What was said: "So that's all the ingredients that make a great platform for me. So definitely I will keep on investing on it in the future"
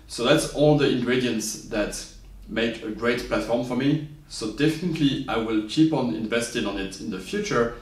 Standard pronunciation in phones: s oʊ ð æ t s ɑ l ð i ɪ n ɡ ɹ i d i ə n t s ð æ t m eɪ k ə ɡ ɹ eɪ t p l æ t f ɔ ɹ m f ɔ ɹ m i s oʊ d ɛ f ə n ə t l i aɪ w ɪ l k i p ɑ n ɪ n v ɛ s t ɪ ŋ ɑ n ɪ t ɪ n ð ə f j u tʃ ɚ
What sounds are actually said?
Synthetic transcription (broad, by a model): s oʊ ð æ t s ɑ l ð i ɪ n ɡ ɹ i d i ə n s ð æ t m eɪ k ə ɡ ɹ eɪ t p l æ t f ɔ ɹ m f ɔ ɹ m i s oʊ d ɛ f ə n ə t l i aɪ w ɪ l k i p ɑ n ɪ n v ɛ s t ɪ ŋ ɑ n ɪ t ɪ n ð ə f j u tʃ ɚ